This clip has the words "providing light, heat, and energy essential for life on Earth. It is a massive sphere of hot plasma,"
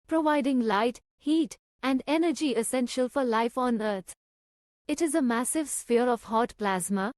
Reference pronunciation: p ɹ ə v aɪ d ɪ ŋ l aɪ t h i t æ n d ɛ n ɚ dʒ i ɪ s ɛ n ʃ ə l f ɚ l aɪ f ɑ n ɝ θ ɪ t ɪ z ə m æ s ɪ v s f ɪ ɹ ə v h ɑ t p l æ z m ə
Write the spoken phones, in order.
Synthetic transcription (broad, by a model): p ɹ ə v aɪ d ɪ ŋ l aɪ t h i t æ n d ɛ n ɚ dʒ i ɪ s ɛ n ʃ ə l f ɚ l aɪ f ɑ n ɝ t ɪ t ɪ z ə m æ s ɪ v s f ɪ ɹ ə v h ɑ t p l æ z m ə